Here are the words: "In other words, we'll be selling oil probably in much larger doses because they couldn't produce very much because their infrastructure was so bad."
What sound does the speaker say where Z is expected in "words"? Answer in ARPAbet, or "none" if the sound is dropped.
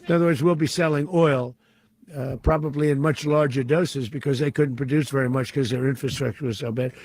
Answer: Z